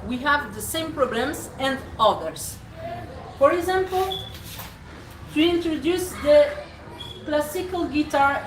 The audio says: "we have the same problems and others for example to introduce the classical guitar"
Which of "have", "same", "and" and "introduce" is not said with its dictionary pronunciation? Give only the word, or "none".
none